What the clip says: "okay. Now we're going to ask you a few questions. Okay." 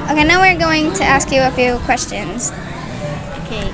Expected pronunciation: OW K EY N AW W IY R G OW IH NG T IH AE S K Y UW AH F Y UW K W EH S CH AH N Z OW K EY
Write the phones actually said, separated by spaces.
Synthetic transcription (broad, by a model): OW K EY N AW W IY R G OW IH NG T IH AE S K Y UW AH F Y UW K W EH S CH AH N Z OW K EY